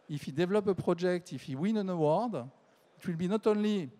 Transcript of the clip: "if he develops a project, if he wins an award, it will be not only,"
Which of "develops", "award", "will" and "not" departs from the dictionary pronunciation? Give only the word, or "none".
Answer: develops